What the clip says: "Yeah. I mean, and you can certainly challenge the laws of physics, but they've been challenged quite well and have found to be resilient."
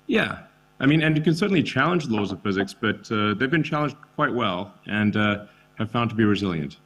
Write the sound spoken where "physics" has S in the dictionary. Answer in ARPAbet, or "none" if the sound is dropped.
S